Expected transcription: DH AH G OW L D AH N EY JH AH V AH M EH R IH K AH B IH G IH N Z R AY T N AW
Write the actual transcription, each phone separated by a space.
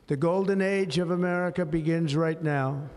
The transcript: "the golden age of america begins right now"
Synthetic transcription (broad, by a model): DH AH G OW L D N EY JH AH V AH M EH R IH K AH B IH G IH N Z R AY T N AW